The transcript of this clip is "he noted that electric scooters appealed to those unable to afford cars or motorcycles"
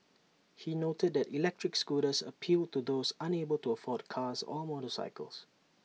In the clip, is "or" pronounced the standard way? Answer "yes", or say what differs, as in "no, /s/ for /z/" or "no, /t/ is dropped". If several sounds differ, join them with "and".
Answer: no, /l/ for /ɹ/